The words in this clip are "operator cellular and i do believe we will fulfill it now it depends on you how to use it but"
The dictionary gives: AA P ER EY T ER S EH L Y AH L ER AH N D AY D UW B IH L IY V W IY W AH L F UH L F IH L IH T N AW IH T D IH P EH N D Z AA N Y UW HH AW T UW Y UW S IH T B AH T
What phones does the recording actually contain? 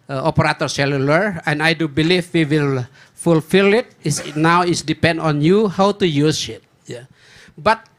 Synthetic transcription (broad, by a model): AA P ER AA T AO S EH L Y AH L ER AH N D AY D UW B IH L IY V W IY W AH L F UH L F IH L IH T N AW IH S D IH P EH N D AA N Y UW HH AW T UW Y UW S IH T B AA T